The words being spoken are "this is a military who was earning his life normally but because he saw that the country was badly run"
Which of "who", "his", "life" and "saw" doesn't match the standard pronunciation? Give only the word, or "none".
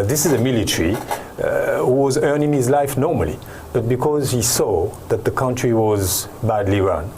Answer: none